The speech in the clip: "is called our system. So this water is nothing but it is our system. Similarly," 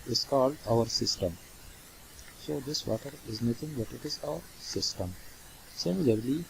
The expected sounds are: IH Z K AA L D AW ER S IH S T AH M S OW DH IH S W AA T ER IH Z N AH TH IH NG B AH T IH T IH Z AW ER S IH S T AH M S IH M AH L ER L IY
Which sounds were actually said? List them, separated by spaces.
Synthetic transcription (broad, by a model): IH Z K AA L D AW ER S IH S T AH M S OW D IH S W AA T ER IH Z N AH T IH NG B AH T IH T IH Z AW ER S IH S T AH M S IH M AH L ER L IY